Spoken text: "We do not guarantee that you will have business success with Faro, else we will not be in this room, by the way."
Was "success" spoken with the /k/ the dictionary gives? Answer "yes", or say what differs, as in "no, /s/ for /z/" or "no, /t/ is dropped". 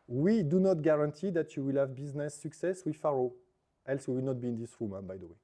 yes